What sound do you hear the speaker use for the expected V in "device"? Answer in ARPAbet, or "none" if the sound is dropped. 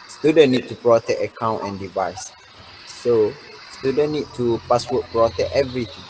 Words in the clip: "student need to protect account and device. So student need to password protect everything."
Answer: V